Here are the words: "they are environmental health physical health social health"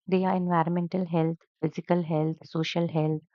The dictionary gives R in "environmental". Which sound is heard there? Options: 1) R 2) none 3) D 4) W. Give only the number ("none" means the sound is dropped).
1